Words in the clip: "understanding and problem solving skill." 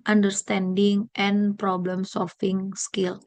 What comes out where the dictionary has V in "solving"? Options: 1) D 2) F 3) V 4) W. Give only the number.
2